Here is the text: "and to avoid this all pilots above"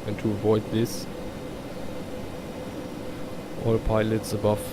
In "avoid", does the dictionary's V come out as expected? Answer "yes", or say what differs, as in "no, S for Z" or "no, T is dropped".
yes